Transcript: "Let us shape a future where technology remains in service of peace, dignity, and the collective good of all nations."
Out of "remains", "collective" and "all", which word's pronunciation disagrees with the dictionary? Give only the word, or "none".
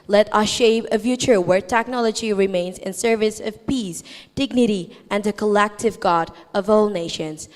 none